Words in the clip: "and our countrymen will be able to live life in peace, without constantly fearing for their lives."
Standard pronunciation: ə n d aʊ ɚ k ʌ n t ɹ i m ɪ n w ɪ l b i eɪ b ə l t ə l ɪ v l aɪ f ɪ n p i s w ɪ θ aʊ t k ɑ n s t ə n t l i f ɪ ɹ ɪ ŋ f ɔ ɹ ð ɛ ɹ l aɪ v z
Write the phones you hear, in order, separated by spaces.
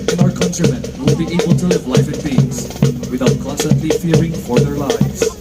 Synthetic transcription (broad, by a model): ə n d aʊ ɚ k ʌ n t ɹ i m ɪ n w ɪ l b i eɪ b ə l t ə l ɪ v l aɪ f ɪ n b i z w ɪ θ aʊ t k ɑ n s t ə n t l i f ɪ ɹ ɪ ŋ f ɔ ɹ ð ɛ ɹ l aɪ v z